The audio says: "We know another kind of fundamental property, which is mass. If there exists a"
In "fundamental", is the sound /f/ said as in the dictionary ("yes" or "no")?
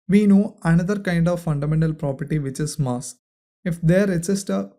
yes